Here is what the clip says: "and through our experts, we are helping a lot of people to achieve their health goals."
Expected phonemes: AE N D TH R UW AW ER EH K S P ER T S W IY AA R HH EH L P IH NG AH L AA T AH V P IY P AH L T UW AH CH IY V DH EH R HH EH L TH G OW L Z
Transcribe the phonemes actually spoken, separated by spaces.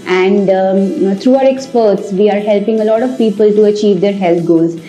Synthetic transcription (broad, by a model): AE N D T R UW AW ER EH K S P ER T S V IY AA R HH EH L P IH NG AH L AA T AH V P IY P AH L T UW AH CH IY V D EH R HH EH L T G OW L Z